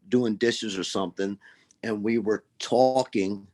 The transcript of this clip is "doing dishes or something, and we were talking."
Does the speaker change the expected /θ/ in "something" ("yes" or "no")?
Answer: no